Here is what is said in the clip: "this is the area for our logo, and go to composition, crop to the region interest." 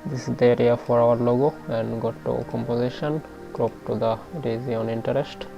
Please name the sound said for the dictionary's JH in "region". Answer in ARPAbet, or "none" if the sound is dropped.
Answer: Z